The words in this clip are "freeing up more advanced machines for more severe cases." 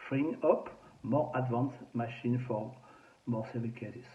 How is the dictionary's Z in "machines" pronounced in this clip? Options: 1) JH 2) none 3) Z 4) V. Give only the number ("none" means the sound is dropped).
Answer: 2